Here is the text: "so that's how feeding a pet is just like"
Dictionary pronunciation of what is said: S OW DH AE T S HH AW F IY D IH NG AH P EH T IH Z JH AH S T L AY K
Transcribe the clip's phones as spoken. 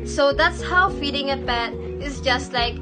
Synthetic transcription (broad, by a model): S OW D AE T S HH AW F IY D IH NG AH B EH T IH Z JH AH S T L AY K